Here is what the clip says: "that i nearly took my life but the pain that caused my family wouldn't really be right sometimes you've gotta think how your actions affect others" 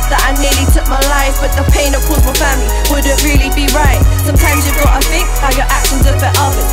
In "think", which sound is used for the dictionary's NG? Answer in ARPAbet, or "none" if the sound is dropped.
none